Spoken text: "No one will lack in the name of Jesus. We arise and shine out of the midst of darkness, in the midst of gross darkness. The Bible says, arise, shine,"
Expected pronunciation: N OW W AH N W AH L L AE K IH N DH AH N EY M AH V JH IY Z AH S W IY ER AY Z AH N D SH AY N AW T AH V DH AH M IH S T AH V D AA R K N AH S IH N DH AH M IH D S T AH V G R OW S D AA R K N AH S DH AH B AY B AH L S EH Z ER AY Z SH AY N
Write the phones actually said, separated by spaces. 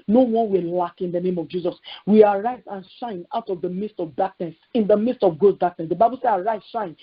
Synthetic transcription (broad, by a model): N OW W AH N W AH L L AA K IH N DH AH N EY M AH V JH IY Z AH S W IY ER AY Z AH N SH AY N AW T AH V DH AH M IH S T AH V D AA K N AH S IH N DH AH M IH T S T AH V G OW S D AA K N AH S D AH B AY B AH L S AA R AY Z SH AY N